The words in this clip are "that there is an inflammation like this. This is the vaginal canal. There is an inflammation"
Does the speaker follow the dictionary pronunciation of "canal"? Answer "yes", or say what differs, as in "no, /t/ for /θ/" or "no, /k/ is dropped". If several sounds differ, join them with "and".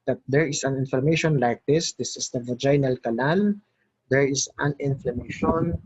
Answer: no, /l/ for /n/